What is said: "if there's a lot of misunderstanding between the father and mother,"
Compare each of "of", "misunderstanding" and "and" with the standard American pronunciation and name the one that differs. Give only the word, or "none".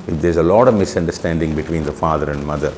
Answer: none